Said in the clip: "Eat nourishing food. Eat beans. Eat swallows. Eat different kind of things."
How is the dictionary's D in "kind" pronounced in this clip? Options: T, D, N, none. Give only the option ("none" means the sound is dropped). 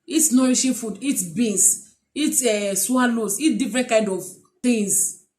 D